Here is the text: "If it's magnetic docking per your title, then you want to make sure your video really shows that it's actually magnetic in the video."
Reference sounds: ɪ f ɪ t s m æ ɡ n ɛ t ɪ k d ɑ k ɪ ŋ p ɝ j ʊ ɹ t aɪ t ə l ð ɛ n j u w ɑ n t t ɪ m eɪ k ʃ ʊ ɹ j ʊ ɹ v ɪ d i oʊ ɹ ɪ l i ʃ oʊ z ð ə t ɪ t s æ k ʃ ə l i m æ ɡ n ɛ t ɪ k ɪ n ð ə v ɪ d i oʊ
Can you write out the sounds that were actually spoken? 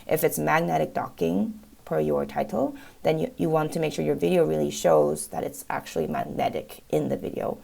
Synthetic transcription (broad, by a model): ɪ f ɪ t s m æ ɡ n ɛ t ɪ k d ɑ k ɪ ŋ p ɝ j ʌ ɹ t aɪ t l ð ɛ n j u w ɑ n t t ɪ m eɪ k ʃ ʊ ɹ j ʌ ɹ v ɪ d i oʊ ɹ ɪ l i ʃ oʊ z ð ə t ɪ t s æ k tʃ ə l i m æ ɡ n ɛ t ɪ k ɪ n ð ə v ɪ d i oʊ